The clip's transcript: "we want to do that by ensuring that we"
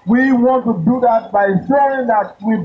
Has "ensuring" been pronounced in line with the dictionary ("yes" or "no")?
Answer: no